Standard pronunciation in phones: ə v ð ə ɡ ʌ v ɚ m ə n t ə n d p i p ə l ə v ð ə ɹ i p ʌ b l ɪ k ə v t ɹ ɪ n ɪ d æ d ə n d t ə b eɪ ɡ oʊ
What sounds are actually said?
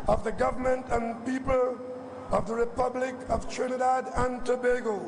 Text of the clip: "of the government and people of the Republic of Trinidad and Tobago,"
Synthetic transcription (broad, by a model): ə v ð ə ɡ ʌ v ɚ m ə n t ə n p i p ə l ə v ð ə ɹ i p ʌ b l ɪ k ə v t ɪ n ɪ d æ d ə n t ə b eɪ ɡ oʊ